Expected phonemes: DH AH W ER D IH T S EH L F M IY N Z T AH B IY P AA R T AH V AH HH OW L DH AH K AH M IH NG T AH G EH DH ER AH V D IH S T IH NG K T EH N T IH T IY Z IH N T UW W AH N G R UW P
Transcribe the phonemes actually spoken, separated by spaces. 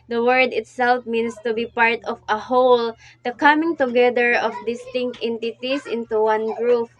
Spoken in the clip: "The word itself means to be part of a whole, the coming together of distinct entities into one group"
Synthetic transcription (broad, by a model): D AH W ER D IH T S EH L F M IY N S T AH B IY P AA R T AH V AH HH OW L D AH K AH M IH NG T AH G EH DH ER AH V D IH S T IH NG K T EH N T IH T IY S IH N T UW W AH N G R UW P